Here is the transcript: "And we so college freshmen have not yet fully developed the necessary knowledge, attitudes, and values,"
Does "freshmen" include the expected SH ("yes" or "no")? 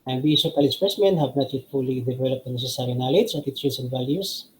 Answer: no